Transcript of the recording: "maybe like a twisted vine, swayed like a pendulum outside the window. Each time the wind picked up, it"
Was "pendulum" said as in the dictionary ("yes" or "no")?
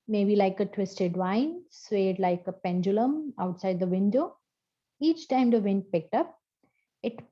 yes